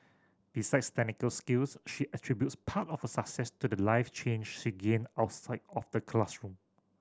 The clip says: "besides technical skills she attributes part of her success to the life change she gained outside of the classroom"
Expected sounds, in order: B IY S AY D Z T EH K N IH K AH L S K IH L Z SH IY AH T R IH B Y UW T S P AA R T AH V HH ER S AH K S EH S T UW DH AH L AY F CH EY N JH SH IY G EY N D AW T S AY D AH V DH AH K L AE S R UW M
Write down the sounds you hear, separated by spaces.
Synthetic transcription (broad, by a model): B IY S AY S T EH N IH K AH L S K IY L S SH IY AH T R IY B Y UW T S P AA T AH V HH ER S AH K S EH S T UW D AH L AY F CH EY N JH SH IY G EY N AW T S AY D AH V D AH K L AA S R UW M